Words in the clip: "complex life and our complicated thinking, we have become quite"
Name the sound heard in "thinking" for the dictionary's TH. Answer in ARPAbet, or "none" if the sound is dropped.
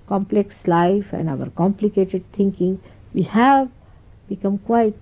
T